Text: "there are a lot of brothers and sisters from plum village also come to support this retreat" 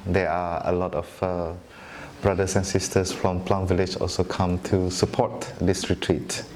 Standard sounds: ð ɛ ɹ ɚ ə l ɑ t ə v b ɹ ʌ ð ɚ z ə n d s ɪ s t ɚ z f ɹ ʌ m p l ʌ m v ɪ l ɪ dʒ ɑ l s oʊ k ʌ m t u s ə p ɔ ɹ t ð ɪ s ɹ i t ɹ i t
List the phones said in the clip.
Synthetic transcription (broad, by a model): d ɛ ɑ ə l ɑ t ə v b ɹ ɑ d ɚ s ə n s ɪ s t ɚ s f ɹ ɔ m p l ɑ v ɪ l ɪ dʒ ɑ l s oʊ k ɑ m t u s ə p ɔ t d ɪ s ɹ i t ɹ i t